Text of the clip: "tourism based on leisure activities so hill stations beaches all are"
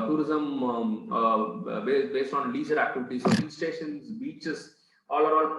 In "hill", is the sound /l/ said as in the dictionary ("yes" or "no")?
no